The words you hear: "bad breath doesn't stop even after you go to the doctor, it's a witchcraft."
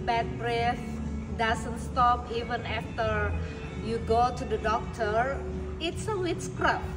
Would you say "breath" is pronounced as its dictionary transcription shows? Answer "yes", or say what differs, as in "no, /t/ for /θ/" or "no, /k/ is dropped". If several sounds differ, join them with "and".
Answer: yes